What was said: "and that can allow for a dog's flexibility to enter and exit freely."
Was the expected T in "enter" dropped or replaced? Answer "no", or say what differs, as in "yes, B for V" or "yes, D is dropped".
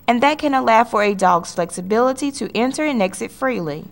no